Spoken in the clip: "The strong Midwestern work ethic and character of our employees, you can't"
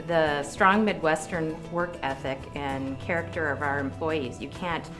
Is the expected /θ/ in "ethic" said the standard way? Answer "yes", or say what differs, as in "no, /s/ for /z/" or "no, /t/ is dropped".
yes